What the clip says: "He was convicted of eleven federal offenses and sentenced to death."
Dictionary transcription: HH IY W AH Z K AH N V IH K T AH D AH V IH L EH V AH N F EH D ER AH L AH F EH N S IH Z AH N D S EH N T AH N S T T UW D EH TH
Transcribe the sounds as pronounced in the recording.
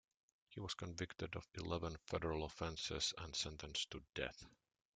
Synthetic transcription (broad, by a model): HH IY W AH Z K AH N V IH K T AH D AH V IH L EH V AH N F EH D ER AH L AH F EH N S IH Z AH N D S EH N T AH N S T T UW D EH TH